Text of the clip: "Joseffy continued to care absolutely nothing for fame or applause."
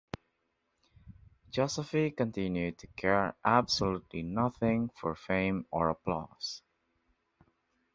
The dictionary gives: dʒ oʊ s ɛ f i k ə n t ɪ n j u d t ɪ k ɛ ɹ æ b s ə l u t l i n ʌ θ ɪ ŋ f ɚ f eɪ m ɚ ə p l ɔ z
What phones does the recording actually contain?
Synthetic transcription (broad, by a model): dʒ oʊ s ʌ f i k ə n t ɪ n j u d t ɪ k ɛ ɹ æ b s ə l u t l i n ʌ θ ɪ ŋ f ɚ f eɪ m ɚ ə p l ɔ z